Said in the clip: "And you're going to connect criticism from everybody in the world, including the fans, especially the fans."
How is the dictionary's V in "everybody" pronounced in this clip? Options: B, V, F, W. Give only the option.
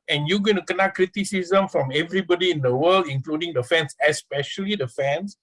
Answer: V